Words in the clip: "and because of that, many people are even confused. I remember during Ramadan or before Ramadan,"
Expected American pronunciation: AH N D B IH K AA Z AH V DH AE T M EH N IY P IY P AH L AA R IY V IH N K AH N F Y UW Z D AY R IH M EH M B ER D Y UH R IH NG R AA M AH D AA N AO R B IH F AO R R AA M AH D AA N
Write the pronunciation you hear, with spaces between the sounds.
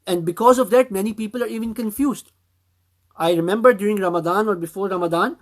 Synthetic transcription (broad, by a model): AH N D B IH K AA Z AH V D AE T M EH N IY P IY P AH L AA R IY V IH N K AH N F Y UW Z D AY R IH M EH M B ER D Y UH R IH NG R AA M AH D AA N AO R B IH F AO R R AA M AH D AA N